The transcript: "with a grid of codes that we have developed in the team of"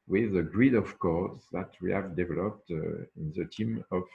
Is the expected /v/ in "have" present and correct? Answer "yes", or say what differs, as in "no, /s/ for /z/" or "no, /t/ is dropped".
yes